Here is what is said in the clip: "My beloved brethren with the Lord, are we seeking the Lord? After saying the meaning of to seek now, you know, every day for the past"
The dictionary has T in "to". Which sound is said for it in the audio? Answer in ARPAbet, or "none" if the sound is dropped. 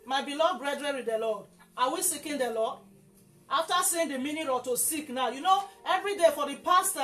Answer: T